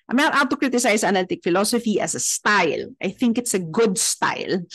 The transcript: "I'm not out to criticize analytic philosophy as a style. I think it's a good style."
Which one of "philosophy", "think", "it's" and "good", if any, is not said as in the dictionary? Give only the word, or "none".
none